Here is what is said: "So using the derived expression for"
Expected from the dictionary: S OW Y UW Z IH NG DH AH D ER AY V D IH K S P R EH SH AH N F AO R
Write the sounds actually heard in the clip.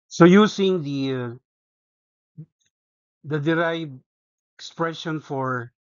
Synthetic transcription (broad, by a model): S OW Y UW S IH NG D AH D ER AY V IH K S P R EH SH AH N F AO R